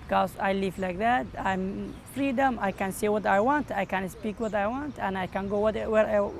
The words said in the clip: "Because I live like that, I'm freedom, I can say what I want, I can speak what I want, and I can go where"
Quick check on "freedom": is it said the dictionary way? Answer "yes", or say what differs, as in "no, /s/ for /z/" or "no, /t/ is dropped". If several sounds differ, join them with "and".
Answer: yes